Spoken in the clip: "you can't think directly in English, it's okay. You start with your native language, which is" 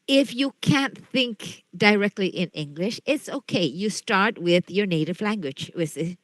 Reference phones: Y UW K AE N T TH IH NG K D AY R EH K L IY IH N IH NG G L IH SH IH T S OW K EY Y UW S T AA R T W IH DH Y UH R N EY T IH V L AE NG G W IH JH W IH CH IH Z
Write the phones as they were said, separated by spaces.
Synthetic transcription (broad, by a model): Y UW K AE N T TH IH NG K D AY R EH K L IY IH N IH NG G L IH SH IH T S OW K EY Y UW S T AA R T W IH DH Y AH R N EY T IH V L AE NG G W IH JH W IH S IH